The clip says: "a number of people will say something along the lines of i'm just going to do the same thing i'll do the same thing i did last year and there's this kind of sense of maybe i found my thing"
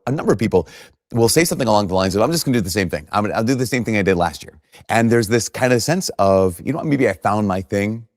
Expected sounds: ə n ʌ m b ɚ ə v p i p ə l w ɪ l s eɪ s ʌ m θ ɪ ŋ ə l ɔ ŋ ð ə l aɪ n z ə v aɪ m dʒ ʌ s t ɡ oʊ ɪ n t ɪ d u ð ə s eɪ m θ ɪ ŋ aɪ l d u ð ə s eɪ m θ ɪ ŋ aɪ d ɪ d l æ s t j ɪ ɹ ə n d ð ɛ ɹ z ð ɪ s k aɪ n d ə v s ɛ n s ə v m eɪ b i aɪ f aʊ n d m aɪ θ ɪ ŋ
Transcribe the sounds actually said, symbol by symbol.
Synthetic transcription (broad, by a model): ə n ʌ m b ɚ ə v p i p l w ɪ l s eɪ s ʌ m θ ɪ ŋ ə l ɔ ŋ ð ə l aɪ n z ə v aɪ m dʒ ʌ s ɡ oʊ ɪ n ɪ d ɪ ð ə s eɪ m θ ɪ ŋ aɪ l d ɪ ð ə s eɪ m θ ɪ ŋ aɪ d ɪ d l æ s t j ɪ ɹ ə n ð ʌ ɹ z ð ɪ s k aɪ n d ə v s ɛ n s ə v m eɪ b i aɪ f aʊ n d m aɪ θ ɪ ŋ